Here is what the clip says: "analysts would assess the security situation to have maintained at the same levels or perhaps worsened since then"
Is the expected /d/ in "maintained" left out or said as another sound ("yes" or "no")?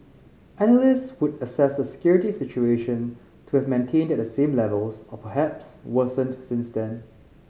no